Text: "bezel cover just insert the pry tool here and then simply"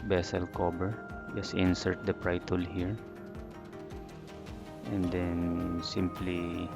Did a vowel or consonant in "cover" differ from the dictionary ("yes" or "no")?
yes